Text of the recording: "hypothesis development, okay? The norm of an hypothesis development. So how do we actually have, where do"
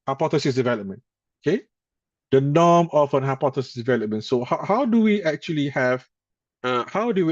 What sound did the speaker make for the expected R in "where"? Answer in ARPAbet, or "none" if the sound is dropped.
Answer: W